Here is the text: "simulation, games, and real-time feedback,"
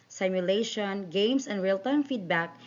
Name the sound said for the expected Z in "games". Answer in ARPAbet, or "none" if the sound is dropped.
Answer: S